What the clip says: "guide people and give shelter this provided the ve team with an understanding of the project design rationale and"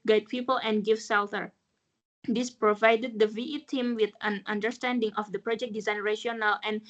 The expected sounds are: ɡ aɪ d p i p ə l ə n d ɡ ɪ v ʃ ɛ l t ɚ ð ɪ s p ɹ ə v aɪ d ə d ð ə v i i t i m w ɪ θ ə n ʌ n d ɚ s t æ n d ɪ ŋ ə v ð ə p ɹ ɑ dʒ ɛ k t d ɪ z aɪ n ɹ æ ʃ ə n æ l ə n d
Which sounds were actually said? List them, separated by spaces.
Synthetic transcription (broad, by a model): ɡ aɪ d p i p ə l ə n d ɡ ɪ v s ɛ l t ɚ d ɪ s p ɹ ə v aɪ d ə d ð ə v i i t i m w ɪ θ ə n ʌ n d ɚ s t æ n d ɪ ŋ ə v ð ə p ɹ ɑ dʒ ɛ k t d ɪ z aɪ n ɹ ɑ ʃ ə n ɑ l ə n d